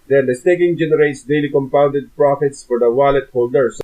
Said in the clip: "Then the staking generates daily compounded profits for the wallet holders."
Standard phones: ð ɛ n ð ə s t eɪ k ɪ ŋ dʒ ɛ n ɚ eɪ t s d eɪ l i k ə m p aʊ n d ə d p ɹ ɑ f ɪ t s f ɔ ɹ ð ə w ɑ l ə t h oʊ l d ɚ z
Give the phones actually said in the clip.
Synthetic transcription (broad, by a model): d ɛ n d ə s t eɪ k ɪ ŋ dʒ ɛ n ɚ eɪ t s d eɪ l i k ə m p aʊ n d ə d p ɹ ɑ f ɪ t s f ɔ ɹ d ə w ɑ l ə t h oʊ l d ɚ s